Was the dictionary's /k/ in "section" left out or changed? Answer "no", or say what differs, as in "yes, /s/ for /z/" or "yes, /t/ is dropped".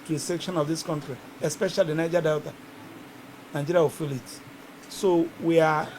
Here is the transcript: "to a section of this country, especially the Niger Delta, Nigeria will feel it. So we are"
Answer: no